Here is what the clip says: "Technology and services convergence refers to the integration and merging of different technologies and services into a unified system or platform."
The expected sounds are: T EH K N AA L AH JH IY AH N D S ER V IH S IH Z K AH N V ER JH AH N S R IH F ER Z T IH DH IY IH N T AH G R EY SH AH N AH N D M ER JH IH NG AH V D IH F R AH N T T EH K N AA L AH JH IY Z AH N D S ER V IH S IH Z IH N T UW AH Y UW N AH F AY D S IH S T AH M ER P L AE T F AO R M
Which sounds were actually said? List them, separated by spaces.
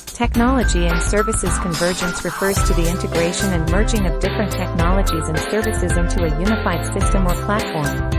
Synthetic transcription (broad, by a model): T EH K N AA L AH JH IY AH N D S ER V IH S IH Z K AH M V ER JH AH N S R IH F ER Z T IH DH IY IH N T AH G R EY SH AH N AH N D M ER JH IH NG AH V D IH F R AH N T T EH K N AA L AH JH IY Z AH N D S ER V IH S IH Z IH N T UW AH Y UW N AH F AY D S IH S T AH M ER P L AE T F AO R M